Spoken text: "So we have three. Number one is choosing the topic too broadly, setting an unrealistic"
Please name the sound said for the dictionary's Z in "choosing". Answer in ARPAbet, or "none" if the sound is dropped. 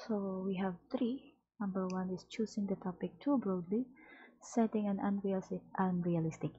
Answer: S